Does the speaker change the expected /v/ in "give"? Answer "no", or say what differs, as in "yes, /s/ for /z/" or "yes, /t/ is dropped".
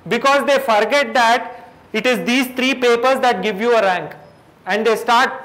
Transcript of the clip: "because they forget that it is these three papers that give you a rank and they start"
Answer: no